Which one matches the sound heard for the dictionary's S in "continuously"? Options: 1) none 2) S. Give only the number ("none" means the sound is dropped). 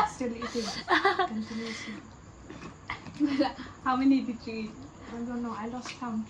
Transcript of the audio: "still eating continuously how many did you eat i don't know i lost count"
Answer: 1